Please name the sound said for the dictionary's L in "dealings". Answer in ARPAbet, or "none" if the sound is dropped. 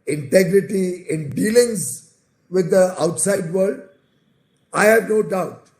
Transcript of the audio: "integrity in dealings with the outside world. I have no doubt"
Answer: L